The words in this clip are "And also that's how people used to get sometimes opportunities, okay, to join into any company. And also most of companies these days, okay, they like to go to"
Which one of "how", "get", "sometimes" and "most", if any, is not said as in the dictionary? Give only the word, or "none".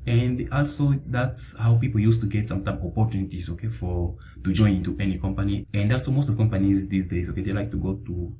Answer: sometimes